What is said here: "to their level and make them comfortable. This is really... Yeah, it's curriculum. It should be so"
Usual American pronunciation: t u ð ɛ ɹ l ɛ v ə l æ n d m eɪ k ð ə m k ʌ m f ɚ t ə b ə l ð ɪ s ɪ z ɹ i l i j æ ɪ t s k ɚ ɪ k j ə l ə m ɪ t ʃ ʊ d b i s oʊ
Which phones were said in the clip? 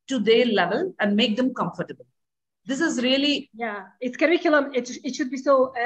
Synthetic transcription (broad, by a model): t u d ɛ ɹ l ɛ v ə l æ n d m eɪ k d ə m k ʌ m f ɚ t ə b ə l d ɪ s ɪ z ɹ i l i j æ ɪ t s k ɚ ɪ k j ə l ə m ɪ t ʃ ʊ d b i s oʊ